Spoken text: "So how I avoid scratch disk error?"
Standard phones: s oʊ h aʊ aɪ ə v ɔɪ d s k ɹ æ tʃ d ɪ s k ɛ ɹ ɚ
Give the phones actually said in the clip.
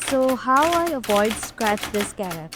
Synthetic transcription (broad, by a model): s oʊ h aʊ aɪ ə v ɔɪ d s k ɹ æ tʃ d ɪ s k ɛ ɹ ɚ